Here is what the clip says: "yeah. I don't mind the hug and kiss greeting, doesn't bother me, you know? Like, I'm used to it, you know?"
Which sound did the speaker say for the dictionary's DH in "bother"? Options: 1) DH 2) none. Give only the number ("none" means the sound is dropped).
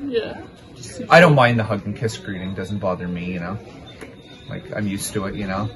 1